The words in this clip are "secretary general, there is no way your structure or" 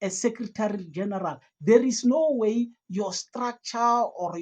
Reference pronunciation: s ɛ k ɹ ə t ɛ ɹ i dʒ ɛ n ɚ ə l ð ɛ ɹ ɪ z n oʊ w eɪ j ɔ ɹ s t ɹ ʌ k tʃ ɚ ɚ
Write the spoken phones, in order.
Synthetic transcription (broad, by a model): s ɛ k ɹ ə t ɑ ɹ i dʒ ɛ n ɚ ə l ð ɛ ɹ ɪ s n oʊ w eɪ j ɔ s t ɹ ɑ k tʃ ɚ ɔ